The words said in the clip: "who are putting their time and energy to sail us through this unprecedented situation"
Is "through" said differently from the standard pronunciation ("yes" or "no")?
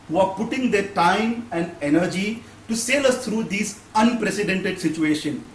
yes